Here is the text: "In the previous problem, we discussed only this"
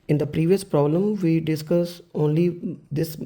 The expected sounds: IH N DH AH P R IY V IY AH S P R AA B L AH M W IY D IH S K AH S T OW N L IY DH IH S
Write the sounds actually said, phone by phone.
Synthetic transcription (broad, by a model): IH N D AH P R IY V IY AH S P R AA B L AH M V IY D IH S K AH S OW N L IY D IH S